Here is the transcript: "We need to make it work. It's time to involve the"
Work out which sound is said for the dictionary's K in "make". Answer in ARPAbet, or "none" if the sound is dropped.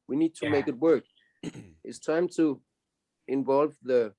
K